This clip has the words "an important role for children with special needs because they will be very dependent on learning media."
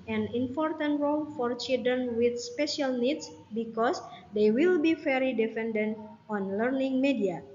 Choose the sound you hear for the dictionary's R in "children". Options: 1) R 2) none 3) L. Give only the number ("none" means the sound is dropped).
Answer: 2